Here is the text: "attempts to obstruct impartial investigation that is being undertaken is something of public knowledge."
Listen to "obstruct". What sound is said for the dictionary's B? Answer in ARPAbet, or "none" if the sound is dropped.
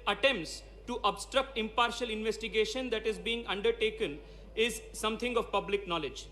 B